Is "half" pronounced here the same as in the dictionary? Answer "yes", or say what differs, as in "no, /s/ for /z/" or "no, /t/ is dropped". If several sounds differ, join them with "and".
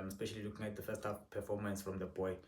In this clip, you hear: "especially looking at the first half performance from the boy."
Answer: no, /p/ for /f/